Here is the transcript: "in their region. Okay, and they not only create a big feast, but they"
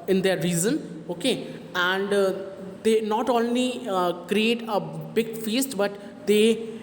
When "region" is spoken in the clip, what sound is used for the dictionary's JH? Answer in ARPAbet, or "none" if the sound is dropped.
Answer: Z